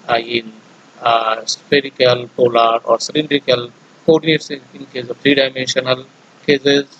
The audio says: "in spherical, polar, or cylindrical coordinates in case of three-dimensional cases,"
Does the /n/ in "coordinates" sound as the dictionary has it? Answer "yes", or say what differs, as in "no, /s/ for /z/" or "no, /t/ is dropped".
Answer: no, /n/ is dropped